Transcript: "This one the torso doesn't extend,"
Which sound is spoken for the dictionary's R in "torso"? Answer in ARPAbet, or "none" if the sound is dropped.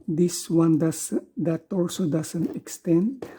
L